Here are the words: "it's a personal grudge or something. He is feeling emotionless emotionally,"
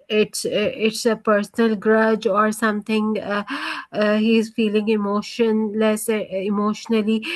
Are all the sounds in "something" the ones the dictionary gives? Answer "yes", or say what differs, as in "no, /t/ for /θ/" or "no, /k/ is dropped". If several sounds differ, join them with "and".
no, /t/ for /θ/